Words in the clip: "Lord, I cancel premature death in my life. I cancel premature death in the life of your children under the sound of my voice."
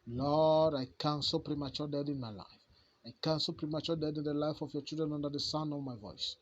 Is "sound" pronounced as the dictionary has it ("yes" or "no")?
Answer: no